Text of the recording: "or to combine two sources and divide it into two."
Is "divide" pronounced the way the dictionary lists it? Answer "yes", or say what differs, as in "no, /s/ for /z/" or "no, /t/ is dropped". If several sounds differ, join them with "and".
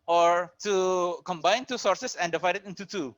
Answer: yes